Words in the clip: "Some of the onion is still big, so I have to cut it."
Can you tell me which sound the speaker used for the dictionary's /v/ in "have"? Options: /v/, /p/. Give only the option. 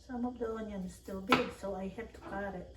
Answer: /p/